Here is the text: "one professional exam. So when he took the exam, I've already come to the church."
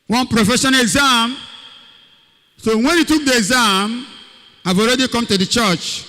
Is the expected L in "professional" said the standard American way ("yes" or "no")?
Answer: no